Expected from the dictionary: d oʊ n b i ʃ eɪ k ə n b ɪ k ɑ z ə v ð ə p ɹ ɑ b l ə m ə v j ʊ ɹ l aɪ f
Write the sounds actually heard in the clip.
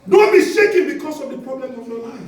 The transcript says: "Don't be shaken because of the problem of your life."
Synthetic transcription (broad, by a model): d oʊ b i s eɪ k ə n b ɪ k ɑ s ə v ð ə p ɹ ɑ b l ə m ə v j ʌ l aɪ